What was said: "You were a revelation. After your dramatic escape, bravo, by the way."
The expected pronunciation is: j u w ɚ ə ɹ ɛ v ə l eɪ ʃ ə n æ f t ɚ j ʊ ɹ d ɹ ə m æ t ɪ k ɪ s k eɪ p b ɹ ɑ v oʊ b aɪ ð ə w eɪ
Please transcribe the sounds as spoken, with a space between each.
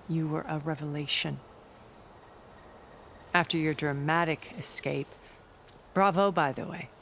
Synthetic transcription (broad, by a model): j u w ɚ ə ɹ ɛ v ə l eɪ ʃ ə n æ f t ɚ j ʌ ɹ d ɹ ə m æ t ɪ k ɪ s k eɪ p b ɹ ɑ v oʊ b aɪ ð ə w eɪ